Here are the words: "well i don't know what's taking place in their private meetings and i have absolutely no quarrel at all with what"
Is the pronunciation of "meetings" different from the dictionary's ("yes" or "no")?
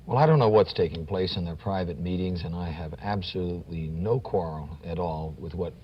no